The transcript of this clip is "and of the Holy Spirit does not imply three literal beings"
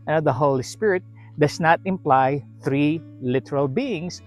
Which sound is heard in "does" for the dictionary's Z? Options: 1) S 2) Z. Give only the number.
1